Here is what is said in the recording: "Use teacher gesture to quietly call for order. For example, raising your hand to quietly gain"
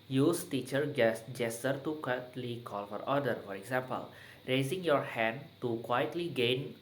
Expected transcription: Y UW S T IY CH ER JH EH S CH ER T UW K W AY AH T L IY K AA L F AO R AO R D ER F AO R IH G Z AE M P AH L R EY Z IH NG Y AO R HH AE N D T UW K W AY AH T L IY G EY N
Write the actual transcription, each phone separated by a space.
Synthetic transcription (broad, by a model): Y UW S T IY CH ER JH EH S S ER T UW K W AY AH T L IY K AA L F AO R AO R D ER F AO R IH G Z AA M P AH L R EY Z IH NG Y AO R HH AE N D T UW K W AY AH T L IY G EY N